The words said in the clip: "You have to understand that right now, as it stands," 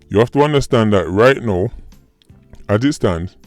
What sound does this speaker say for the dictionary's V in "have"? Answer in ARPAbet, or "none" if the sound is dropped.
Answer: F